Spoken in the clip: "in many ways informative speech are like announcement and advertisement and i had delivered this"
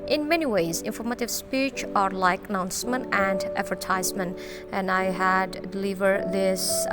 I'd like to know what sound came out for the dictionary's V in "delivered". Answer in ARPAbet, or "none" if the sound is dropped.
V